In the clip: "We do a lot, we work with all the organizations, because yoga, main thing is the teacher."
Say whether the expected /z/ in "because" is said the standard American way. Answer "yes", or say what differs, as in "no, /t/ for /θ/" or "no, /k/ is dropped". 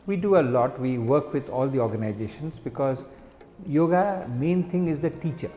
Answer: yes